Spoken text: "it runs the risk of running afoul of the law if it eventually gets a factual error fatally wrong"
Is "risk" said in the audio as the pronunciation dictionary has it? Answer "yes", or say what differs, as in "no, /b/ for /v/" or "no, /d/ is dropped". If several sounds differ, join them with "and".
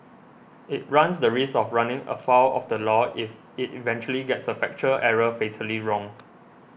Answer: no, /k/ is dropped